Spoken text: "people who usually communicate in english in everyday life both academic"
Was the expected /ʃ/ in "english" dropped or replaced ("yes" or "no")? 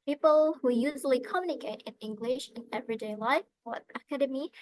no